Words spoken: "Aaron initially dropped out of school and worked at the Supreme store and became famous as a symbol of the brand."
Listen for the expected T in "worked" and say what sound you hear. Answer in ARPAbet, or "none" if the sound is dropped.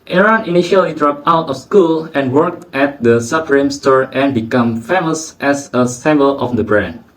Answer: T